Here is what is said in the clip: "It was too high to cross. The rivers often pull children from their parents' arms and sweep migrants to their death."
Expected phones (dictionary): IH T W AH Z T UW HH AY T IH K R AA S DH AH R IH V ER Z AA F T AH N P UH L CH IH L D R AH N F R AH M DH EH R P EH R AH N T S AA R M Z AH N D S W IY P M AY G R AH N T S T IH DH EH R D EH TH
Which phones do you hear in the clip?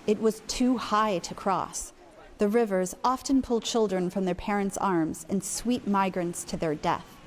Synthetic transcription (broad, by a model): IH T W AH Z T UW HH AY T IH K R AA S DH AH R IH V ER Z AA F T AH N P UH L CH IH L D R AH N F R AH M DH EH R P EH R AH N T S AA R M Z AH N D S W IY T M AY G R AH N T S T IH DH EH R D EH TH